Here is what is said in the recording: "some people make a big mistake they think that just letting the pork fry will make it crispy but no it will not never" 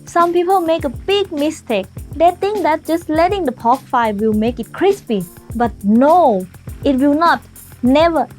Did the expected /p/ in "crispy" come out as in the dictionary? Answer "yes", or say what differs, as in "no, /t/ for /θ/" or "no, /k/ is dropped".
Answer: yes